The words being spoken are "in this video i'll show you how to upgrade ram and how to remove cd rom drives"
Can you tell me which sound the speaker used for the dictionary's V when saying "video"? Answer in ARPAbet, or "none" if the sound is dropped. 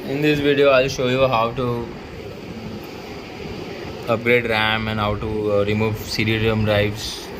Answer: V